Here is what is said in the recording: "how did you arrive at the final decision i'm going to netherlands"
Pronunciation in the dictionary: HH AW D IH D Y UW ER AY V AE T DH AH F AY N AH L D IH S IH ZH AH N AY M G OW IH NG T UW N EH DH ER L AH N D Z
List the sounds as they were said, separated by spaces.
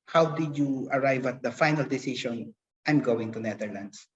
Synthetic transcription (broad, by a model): HH AW D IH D Y UW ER AY V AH T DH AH F AY N AH L D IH S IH SH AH N AY M G OW IH NG T UW N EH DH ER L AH N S